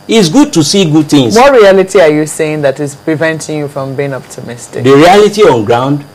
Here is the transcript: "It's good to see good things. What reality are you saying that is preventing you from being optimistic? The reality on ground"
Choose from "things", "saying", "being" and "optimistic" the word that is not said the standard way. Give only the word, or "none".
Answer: things